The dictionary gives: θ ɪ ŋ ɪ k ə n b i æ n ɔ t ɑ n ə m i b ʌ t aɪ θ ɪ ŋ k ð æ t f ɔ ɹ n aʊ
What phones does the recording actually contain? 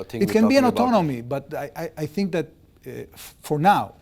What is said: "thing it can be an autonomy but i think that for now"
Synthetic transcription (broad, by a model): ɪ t k ə n b i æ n ɔ t ɑ n ə m i b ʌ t aɪ θ ɪ ŋ k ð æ t f ɔ ɹ n aʊ